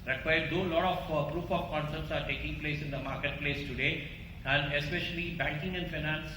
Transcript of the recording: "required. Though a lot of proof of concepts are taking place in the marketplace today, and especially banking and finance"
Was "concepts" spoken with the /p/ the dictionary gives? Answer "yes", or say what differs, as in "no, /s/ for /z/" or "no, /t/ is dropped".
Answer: no, /p/ is dropped